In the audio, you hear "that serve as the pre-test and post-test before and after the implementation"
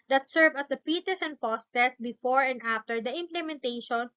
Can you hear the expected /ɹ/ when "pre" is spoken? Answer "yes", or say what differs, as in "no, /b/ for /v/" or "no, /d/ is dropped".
no, /ɹ/ is dropped